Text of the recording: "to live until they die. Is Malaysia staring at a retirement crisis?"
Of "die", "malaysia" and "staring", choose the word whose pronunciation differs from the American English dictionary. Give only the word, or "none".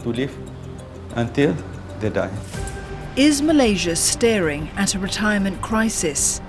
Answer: none